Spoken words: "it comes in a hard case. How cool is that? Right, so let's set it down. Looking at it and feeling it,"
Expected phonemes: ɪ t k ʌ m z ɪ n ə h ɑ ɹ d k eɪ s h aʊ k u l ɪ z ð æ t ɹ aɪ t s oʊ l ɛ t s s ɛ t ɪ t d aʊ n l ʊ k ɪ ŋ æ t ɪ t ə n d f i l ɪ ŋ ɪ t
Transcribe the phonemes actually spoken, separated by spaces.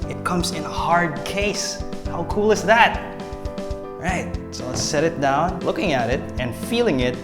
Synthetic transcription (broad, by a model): ɪ t k ʌ m z ɪ n ə h ɑ ɹ d k eɪ s h aʊ k u l ɪ z ð æ t ɹ aɪ t s oʊ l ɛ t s s ɛ t ɪ t d aʊ n l ʊ k ɪ ŋ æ t ɪ t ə n f i l ɪ ŋ ɪ t